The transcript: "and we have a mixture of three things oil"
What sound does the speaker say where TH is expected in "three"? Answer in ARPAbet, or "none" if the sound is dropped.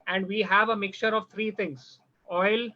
T